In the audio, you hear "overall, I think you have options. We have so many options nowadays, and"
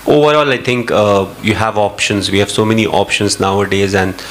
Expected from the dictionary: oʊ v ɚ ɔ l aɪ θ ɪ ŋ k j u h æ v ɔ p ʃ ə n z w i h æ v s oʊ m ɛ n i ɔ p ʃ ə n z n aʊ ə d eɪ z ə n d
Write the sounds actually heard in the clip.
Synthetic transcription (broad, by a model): oʊ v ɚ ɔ l aɪ t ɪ ŋ k j u h æ v ɔ p ʃ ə n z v i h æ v s oʊ m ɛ n i ɔ p ʃ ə n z n aʊ ə d eɪ z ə n d